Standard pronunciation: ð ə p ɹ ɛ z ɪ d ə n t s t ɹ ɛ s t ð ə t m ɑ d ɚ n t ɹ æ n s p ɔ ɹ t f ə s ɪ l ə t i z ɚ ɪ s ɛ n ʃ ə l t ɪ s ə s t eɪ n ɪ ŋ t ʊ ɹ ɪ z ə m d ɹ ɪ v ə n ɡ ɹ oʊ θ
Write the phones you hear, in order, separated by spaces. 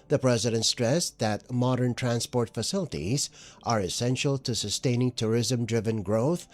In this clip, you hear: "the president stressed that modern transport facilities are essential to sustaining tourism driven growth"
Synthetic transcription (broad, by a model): ð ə p ɹ ɛ z ɪ d ə n t s t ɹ ɛ s ð ə t m ɑ d ɚ n t ɹ æ n s p ɔ ɹ t f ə s ɪ l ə t i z ɚ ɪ s ɛ n ʃ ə l t ɪ s ə s t eɪ n ɪ ŋ t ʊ ɹ ɪ z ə m d ɹ ɪ v ə n ɡ ɹ oʊ θ